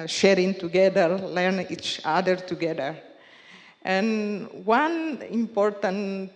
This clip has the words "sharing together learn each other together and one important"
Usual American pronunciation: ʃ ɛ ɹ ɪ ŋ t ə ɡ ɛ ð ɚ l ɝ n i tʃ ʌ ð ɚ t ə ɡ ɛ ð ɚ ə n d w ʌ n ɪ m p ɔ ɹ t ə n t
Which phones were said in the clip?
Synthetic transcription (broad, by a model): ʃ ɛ ɹ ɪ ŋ t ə ɡ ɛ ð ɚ l ɝ n i tʃ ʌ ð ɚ t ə ɡ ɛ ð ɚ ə n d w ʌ n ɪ m p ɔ ɹ t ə n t